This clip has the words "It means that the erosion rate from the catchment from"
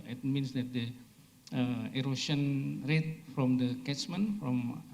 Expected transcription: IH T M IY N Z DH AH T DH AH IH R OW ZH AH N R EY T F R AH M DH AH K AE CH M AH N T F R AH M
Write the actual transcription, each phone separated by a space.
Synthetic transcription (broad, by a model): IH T M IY N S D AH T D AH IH R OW S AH N R EY T F R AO M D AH K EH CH M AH N F R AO M